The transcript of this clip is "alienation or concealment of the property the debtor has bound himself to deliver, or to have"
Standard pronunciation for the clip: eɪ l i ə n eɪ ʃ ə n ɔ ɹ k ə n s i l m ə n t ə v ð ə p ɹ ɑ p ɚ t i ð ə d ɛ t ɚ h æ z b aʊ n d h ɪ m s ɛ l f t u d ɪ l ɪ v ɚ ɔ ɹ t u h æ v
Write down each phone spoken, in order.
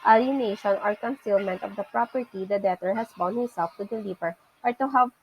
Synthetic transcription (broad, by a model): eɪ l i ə n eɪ ʃ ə n ɔ ɹ k ə n s i l m ə n t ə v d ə p ɹ ɑ p ɚ t i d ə d ɛ t ɚ h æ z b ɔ n h ɪ m s ɛ l f t u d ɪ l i p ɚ ɔ ɹ t u h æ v